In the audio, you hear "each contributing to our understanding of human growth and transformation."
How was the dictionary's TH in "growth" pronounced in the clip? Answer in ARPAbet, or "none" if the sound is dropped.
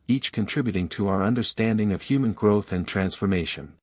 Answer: TH